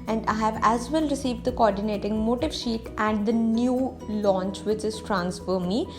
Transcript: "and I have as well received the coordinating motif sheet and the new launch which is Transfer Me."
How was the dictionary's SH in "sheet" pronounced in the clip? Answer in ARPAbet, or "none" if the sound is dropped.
SH